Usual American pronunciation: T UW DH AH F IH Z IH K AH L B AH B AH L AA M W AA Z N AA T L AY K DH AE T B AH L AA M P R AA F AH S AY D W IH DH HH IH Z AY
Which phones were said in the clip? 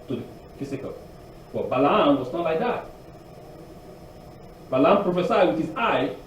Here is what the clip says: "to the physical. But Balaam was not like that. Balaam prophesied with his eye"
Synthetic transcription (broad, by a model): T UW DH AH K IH S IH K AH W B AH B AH L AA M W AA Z N AA T L AY K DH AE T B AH L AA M P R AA F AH S AY W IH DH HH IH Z AY